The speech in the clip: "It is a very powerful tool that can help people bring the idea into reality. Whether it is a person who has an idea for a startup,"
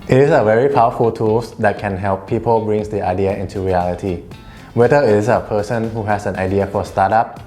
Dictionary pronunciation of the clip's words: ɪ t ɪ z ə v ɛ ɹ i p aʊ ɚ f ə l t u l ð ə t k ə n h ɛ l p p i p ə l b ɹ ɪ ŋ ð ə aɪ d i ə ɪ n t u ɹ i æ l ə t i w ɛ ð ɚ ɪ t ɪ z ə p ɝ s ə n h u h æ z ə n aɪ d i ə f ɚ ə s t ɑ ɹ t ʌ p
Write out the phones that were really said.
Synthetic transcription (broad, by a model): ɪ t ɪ s ə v ɛ ɹ i p aʊ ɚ f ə l t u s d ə t k ə n h ɛ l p p i p ə l b ɹ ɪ ŋ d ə aɪ d i ə ɪ n t u ɹ i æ l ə t i w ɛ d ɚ ɪ t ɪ s ə p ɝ s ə n h u h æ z ə n aɪ d i ə f ə s t ɑ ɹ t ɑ p